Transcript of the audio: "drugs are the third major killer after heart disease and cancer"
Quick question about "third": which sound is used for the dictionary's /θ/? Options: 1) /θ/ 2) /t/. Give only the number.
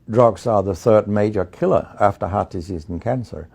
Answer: 1